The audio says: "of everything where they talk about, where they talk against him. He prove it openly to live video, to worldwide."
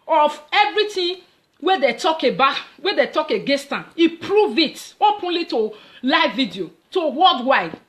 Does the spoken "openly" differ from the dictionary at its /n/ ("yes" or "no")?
no